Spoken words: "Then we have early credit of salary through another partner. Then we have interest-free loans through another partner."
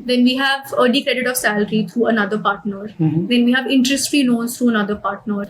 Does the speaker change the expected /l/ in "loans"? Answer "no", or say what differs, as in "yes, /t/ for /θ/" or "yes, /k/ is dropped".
yes, /n/ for /l/